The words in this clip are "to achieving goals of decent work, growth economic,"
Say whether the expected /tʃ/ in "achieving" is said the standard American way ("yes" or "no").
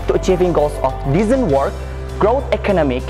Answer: yes